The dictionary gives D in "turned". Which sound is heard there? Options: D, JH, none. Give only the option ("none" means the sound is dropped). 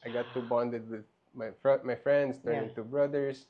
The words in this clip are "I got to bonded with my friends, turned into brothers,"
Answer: none